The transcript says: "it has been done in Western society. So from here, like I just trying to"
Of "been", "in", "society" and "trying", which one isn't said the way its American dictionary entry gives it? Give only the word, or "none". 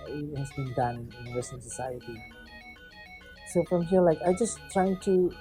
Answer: none